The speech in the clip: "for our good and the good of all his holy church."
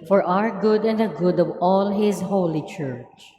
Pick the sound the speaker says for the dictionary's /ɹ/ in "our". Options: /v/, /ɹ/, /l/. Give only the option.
/ɹ/